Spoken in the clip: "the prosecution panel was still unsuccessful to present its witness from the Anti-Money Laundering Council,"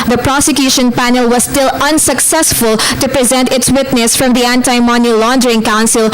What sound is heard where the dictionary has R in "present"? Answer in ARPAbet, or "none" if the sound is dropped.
R